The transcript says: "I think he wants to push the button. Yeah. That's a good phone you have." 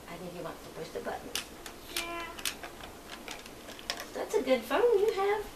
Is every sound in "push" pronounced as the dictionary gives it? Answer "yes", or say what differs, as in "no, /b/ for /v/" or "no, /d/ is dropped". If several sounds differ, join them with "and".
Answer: no, /s/ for /ʃ/